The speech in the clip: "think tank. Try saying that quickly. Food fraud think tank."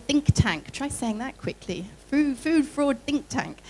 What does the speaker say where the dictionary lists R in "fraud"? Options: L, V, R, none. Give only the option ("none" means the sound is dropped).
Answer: R